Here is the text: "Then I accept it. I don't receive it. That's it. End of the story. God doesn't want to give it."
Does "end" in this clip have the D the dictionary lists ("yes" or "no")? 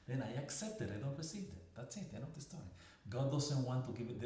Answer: no